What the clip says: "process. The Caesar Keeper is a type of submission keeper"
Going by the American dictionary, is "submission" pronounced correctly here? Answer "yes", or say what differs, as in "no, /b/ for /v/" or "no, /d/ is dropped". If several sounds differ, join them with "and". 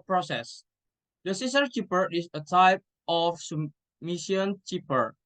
no, /b/ is dropped